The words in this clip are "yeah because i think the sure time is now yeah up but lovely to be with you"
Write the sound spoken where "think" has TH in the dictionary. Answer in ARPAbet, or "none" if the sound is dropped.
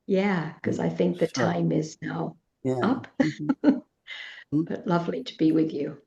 TH